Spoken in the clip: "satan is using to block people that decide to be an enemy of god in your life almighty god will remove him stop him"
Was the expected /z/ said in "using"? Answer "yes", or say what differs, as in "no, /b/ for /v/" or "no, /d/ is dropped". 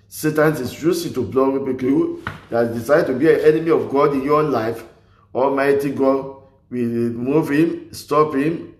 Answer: no, /s/ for /z/